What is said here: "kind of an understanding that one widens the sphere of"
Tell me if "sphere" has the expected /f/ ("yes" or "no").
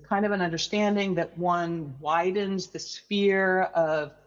yes